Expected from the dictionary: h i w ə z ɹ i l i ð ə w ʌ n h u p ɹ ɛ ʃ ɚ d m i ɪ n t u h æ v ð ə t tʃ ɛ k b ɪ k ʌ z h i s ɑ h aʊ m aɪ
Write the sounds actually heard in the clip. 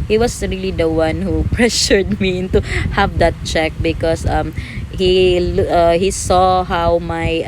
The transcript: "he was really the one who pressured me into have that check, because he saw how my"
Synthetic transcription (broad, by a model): h i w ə s ɹ i l i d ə w ʌ n h u p ɹ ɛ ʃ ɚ d m i ɪ n t u h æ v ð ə t tʃ ɛ k b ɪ k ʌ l h i s ɑ h aʊ m aɪ